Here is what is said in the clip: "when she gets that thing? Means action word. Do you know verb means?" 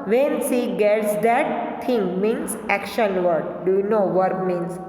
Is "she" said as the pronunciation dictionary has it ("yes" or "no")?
no